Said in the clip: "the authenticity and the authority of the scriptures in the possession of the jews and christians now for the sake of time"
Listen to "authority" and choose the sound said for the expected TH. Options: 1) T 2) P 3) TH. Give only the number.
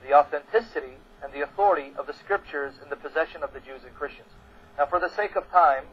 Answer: 3